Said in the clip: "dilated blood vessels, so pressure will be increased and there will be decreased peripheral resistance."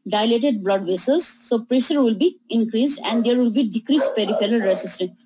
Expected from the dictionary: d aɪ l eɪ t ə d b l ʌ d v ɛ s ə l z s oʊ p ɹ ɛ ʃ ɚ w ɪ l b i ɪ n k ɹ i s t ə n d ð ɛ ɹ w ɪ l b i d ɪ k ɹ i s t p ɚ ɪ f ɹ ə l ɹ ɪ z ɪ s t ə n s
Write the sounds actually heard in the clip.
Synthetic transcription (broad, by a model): d aɪ l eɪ t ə d b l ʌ d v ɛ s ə z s oʊ p ɹ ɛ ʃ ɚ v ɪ l b i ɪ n k ɹ i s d ə n d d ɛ ɹ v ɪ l b i d ɪ k ɹ i s t p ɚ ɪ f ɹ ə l ɹ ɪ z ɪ s t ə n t